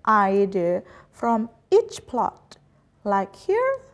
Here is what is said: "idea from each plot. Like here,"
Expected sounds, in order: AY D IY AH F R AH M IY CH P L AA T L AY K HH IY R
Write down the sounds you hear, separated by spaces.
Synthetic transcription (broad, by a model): AY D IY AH F R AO M IY CH P L AA T L AY K HH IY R